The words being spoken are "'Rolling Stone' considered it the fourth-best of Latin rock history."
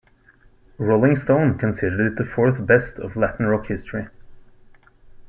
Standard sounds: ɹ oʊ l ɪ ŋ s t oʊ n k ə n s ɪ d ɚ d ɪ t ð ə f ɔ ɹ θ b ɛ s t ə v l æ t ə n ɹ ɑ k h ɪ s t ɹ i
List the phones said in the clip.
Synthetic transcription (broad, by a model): ɹ oʊ l ɪ ŋ s t oʊ n k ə n s ɪ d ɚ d ɪ t ð ə f ɔ ɹ θ b ɛ s t ə v l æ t n ɹ ɑ k h ɪ s t ɹ i